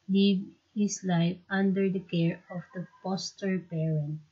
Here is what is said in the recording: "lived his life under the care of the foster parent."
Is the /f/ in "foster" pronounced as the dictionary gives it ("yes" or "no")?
no